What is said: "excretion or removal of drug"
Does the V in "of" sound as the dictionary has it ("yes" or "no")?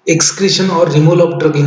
no